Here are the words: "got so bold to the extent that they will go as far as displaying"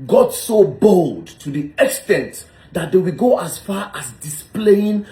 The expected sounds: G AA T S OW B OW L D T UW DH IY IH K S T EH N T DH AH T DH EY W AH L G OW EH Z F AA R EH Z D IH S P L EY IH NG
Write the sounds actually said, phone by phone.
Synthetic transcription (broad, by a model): G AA T S OW B OW L D T UW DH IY IH K S T EH N T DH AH T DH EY W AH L G OW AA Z F AA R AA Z D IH S P L EY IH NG